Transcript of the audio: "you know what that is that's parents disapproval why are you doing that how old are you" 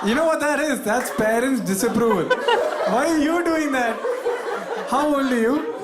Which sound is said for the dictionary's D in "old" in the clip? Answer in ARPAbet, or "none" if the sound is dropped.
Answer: none